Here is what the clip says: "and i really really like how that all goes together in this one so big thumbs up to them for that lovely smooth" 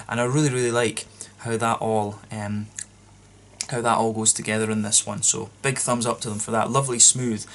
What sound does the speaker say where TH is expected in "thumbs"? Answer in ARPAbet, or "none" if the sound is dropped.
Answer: TH